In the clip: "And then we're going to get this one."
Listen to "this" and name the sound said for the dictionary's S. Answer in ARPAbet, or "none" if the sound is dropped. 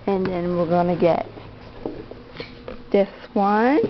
TH